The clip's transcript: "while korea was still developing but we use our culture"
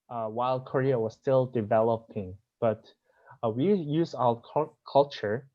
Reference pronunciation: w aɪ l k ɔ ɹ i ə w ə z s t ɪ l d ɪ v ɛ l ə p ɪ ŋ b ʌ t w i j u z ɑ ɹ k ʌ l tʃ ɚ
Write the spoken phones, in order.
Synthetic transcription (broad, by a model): w aɪ l k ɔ ɹ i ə w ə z s t ɪ l d ɪ v ɛ l ə p ɪ ŋ b ʌ t w i j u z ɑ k k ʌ l tʃ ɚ